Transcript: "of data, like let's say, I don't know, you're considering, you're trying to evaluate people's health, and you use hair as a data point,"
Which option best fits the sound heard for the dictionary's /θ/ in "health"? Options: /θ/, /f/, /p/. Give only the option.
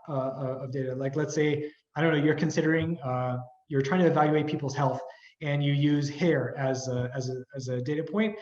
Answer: /θ/